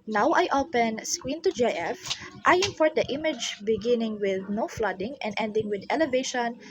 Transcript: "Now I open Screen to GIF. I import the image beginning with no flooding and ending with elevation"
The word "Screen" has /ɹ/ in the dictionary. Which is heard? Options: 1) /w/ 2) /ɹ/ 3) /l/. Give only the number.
1